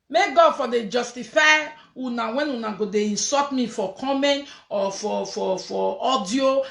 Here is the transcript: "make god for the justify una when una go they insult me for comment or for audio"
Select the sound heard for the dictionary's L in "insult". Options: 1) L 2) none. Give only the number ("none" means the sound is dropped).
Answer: 2